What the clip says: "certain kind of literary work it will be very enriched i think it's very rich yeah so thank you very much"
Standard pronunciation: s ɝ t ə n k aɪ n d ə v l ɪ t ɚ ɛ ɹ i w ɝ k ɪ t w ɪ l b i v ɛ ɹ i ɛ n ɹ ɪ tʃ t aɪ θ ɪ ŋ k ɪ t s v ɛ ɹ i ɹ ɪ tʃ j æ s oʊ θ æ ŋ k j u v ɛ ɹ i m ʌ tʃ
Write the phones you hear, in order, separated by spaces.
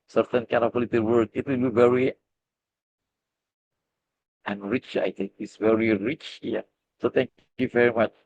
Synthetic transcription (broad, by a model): s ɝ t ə n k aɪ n ə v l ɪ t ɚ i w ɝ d ɪ t w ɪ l b i v ɛ ɹ i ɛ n ɹ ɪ tʃ aɪ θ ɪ ŋ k ɪ t s v ɛ ɹ i ɹ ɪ tʃ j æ s oʊ t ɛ ŋ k j u v ɛ ɹ i m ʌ tʃ